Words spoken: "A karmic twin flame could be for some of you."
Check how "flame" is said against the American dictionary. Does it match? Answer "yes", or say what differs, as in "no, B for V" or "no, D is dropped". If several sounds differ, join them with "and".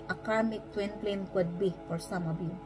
no, P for F